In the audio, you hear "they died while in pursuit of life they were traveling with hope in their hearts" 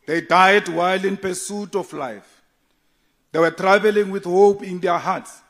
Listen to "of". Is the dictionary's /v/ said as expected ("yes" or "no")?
no